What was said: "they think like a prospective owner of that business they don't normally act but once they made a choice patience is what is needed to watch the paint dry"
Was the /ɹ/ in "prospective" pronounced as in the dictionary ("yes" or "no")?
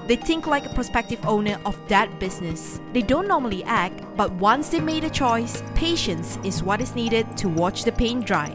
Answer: no